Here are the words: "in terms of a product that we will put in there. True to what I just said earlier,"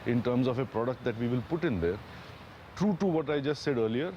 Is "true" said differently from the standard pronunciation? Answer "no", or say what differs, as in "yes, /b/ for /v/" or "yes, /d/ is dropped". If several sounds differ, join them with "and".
no